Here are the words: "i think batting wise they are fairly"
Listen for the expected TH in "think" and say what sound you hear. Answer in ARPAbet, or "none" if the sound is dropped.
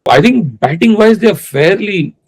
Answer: T